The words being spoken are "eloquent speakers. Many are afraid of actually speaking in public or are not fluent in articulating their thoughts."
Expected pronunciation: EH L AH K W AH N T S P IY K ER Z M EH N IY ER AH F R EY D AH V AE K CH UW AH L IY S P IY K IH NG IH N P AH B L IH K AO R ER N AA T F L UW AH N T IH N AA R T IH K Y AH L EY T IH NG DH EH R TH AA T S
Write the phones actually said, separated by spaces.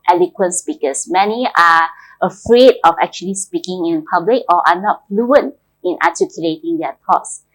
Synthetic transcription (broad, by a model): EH L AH K W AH N S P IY K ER S M EH N IY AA AH F R EY D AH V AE K CH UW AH L IY S P IY K IH NG IH N P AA B L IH K AO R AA N AA T F L UW AH N T IH N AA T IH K Y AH L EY T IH NG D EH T AA T S